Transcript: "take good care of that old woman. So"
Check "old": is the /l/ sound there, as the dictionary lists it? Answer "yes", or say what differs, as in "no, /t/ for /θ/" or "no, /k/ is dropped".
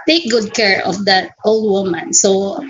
yes